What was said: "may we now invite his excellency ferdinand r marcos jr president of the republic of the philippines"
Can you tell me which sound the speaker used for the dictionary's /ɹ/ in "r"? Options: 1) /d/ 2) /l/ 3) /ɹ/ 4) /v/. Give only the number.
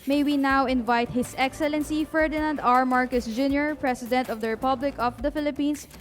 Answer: 3